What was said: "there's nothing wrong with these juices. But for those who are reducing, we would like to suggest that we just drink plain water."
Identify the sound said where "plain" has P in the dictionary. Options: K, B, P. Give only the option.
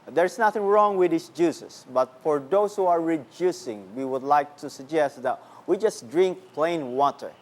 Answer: P